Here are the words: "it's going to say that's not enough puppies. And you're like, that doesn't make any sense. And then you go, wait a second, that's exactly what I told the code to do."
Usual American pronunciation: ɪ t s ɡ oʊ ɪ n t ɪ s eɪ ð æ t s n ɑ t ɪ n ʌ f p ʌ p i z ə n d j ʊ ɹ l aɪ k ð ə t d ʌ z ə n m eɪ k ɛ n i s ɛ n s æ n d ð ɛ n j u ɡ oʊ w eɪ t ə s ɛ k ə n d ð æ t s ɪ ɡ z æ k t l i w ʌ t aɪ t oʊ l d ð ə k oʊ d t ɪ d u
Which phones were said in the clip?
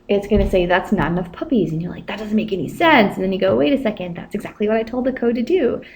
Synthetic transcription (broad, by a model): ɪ t s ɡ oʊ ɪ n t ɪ s eɪ ð æ t s n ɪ n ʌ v p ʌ p i z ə n j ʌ ɹ l aɪ k ð ə t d ʌ z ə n m eɪ k ɛ n i s ɛ n s n ð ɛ n j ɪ ɡ oʊ w eɪ t ə s ɛ k ə n d ð æ t s ɪ ɡ z æ k t l i w ʌ t aɪ t oʊ l d ð ə k oʊ d t ɪ d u